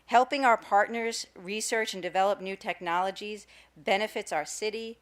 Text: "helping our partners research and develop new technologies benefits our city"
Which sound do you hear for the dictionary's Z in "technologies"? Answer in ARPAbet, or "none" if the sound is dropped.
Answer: Z